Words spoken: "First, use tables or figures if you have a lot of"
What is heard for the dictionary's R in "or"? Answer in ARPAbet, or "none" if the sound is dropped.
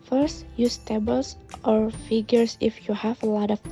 R